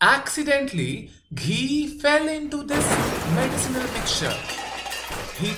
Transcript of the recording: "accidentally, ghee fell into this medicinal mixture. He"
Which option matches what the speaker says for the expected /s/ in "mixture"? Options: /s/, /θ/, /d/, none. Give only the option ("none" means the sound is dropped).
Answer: none